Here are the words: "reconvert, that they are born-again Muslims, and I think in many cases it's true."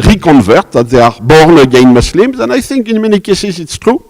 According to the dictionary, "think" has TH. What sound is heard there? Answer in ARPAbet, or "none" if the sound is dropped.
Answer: S